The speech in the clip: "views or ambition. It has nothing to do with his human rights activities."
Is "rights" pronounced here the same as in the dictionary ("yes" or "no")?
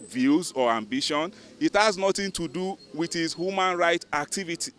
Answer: no